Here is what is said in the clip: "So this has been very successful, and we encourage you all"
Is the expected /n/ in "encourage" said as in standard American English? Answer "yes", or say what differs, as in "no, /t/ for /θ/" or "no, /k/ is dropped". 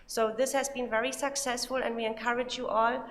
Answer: yes